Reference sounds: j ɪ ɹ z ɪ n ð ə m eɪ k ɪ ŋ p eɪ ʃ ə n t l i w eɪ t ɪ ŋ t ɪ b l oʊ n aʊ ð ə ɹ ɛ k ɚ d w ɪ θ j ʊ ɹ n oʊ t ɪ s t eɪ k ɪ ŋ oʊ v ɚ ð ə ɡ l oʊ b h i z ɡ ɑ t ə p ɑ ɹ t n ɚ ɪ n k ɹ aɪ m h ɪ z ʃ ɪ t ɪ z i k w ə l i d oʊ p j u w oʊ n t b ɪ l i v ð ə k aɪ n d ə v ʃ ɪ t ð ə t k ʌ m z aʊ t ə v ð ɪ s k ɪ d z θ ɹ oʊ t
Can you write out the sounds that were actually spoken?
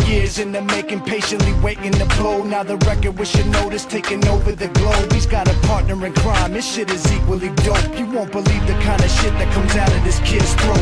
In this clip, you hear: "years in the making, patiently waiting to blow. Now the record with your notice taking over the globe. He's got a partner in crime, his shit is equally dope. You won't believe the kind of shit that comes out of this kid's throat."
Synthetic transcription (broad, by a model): j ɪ ɹ z ɪ n ð ə m eɪ k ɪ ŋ p eɪ ʃ ə n t l i w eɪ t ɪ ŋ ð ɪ b l oʊ n aʊ ð ə ɹ ɛ k ɚ d w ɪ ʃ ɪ n oʊ t ɪ s t eɪ k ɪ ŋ oʊ v ɚ ð ə ɡ l oʊ b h i z ɡ ɑ t ə p ɑ ɹ t n ɚ ɪ n k ɹ aɪ m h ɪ ʃ ɪ t ɪ z i k w ə l i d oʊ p j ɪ w oʊ n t b ɪ l i v ð ə k aɪ n d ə ʃ ɪ t ð ə t k ʌ m z aʊ t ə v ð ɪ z k ɪ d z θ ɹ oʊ